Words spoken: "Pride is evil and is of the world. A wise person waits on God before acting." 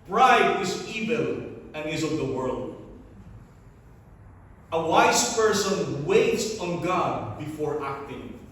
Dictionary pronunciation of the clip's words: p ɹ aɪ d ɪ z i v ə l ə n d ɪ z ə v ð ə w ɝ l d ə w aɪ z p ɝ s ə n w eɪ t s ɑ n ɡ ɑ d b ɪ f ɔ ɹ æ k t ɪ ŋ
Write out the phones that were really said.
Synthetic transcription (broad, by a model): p ɹ aɪ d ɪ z i v ə l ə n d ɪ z ə v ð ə w ɝ l d ə w aɪ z p ɝ s ə n w eɪ t s ɑ n ɡ ɑ d b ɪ f ɔ ɹ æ k t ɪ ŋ